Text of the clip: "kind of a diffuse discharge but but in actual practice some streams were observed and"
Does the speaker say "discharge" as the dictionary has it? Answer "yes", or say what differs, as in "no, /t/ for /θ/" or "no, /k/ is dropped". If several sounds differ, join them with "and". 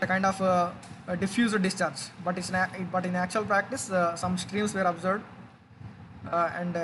yes